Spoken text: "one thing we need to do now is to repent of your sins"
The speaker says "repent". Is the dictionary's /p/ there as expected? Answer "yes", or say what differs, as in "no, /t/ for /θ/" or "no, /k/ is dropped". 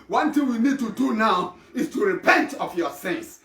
yes